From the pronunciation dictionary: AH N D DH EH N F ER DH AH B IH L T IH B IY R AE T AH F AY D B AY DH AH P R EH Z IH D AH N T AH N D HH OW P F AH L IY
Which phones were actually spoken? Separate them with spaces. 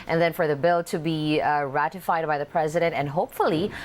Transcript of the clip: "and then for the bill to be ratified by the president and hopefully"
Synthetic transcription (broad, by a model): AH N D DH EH N F ER DH AH B IH L T IH B IY R AE T AH F AY D B AY DH AH P R EH Z IH D AH N T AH N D HH OW P F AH L IY